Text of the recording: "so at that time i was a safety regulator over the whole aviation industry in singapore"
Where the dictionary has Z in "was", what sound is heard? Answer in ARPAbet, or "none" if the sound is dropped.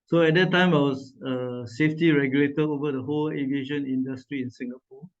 S